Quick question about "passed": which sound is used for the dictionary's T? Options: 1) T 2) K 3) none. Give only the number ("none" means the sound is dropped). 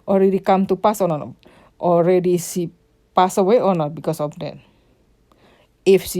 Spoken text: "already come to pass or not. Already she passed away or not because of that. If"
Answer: 3